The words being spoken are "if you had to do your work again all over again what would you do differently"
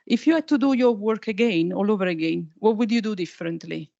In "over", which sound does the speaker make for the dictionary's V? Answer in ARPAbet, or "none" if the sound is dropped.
V